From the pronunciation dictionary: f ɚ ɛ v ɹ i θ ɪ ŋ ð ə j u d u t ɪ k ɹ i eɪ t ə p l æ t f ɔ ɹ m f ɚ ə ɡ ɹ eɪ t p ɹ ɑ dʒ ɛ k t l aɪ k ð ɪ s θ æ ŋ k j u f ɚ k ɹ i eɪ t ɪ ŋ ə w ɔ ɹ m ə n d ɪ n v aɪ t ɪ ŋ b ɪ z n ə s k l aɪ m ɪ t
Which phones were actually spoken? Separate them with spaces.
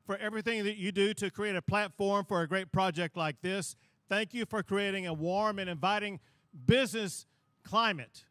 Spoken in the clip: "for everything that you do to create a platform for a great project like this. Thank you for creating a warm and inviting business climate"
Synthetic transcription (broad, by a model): f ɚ ɛ v ɹ i θ ɪ ŋ ð ə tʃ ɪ d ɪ t ɪ k ɹ i eɪ t ə p l æ t f ɔ ɹ m f ɚ ə ɡ ɹ eɪ t p ɹ ɑ dʒ ɛ k t l aɪ k ð ɪ s θ æ ŋ k j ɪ f ɚ k ɹ i eɪ t ɪ ŋ ə w ɔ ɹ m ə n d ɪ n v aɪ t ɪ ŋ b ɪ z n ə s k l aɪ m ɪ t